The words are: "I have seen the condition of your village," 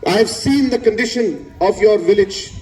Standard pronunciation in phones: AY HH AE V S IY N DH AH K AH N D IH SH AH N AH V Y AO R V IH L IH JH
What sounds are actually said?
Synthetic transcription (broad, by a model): AY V S IY N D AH K AH N D IH SH AH N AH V Y AO R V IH L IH JH